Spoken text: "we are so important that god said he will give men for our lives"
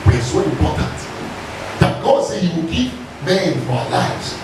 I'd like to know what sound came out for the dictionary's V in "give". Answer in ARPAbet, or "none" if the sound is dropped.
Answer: P